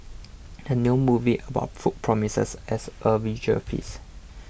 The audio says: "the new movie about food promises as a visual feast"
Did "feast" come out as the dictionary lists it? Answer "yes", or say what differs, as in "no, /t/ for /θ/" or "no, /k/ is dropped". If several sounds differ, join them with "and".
no, /t/ is dropped